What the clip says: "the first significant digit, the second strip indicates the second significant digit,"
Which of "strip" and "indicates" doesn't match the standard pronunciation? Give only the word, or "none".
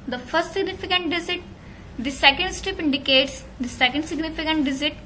strip